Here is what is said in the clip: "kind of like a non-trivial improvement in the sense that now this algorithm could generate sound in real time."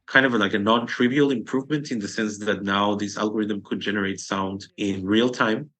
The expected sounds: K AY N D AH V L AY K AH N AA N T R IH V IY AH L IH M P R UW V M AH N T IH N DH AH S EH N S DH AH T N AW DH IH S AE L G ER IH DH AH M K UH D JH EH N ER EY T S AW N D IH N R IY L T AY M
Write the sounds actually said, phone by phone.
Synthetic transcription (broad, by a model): K AY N D AH V L AY K AH N AA N T R IH V IY AH L IH M P R UW V M AH N T IH N DH AH S EH N S DH AH T N AW DH IH S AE L G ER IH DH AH M K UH D JH EH N ER EY T S AW N D IH N R IY L T AY M